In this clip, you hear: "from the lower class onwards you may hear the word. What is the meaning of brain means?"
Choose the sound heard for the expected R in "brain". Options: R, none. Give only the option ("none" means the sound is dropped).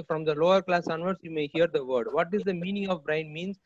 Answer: R